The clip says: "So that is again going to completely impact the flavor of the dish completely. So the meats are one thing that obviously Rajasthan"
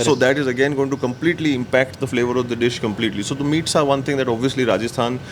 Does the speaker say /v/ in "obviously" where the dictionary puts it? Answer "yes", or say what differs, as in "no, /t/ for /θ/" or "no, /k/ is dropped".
yes